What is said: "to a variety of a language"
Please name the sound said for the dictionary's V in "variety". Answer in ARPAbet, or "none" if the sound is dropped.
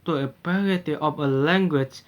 P